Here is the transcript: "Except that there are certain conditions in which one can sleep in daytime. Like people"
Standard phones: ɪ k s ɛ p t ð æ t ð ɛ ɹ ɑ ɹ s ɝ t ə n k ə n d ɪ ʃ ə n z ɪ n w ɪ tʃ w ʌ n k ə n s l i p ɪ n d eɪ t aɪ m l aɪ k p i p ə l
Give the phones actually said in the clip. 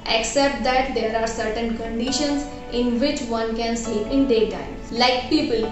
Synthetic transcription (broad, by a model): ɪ k s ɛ p t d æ t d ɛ ɹ ɑ ɹ s ɝ t ə n k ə n d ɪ ʃ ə n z ɪ n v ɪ tʃ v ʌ n k ə n s i ɪ n d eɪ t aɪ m l aɪ k p i p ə l